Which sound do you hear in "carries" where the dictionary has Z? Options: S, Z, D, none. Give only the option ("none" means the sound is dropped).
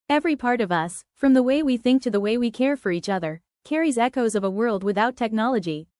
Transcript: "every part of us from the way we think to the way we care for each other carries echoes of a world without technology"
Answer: Z